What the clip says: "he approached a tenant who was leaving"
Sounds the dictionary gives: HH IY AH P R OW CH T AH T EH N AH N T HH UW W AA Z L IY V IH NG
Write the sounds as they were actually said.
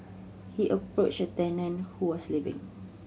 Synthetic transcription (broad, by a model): HH IY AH P R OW CH AH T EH N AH N HH UW W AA S L IY V IH NG